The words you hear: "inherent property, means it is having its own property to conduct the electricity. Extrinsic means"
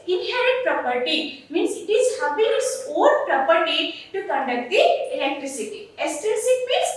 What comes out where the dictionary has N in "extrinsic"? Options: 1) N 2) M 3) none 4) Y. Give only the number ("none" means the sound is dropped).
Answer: 3